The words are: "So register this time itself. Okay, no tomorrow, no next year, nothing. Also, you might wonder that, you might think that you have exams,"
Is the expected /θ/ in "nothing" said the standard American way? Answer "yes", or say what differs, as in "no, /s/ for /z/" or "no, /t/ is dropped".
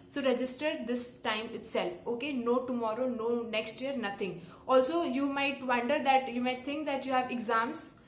no, /t/ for /θ/